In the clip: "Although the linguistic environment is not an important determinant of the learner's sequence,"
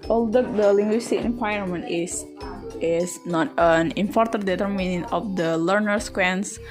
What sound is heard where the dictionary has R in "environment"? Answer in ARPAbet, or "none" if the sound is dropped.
none